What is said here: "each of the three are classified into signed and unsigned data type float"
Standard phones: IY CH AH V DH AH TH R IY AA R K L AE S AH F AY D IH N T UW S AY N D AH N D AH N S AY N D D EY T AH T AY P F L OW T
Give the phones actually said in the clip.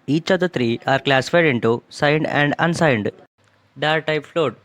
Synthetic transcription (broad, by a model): IY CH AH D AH T R IY AA R K L AE S AH F AY D IH N T UW S AY N D AH N D AH N S AY N D D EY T T AY P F L OW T